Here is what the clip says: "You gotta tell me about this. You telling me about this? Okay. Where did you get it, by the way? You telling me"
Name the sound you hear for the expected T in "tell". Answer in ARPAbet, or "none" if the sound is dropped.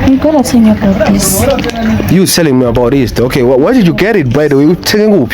S